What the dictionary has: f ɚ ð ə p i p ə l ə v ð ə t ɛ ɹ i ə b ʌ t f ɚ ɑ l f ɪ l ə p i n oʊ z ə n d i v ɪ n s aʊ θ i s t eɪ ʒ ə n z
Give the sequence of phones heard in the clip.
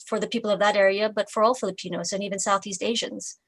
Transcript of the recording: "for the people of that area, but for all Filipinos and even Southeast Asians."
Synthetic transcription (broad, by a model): f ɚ ð ə p i p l ə v ð ə t ɛ ɹ i ə b ʌ t f ɚ ɑ l f ɪ l ə p i n oʊ z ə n i v ɪ n s aʊ θ i s t eɪ ʒ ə n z